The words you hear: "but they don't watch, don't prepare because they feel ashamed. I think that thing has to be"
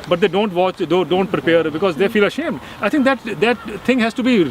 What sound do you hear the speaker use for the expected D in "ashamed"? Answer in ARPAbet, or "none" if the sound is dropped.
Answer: D